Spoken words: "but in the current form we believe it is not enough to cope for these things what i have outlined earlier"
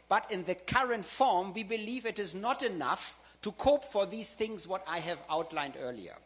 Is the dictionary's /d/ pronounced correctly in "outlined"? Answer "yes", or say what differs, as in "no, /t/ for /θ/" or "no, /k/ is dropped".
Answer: yes